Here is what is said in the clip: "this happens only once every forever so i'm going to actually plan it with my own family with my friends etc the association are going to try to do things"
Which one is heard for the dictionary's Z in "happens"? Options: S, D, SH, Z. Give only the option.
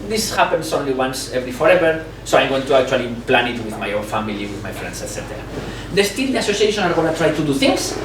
S